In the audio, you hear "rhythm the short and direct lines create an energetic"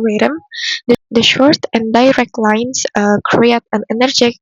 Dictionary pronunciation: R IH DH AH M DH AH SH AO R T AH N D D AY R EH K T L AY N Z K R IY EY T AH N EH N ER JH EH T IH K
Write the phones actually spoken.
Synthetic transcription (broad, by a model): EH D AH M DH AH SH AO R T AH N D D AY R EH K T L AY N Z K R IY EY T AH N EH N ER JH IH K